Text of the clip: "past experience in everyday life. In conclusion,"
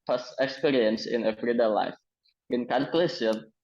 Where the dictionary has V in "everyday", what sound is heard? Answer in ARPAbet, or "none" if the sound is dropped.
F